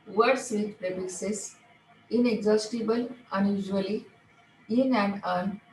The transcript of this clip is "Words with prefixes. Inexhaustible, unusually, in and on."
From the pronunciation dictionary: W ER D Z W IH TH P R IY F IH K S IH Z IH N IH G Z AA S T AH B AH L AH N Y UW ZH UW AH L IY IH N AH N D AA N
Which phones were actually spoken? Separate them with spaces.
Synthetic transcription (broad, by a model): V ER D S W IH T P R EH P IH S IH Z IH N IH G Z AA S T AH B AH L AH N Y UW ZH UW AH L IY IH N AH N D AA N